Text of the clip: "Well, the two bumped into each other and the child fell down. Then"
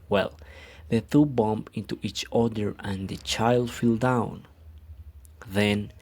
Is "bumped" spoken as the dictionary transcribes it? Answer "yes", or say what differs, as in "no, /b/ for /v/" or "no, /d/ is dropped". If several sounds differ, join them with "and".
no, /t/ is dropped